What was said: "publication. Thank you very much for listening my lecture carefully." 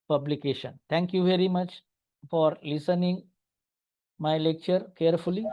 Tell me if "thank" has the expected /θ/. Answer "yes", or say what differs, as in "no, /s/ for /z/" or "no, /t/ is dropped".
no, /t/ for /θ/